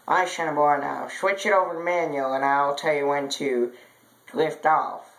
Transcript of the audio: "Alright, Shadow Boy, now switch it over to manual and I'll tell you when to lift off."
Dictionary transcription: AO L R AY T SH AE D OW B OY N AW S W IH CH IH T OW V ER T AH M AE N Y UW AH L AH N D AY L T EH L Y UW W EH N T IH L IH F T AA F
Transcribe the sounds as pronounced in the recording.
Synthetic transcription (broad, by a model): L AY SH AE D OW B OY N AW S W IH CH IH T OW V ER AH M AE N Y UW L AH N AY L T EH L Y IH W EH N T IH L IH F T AA F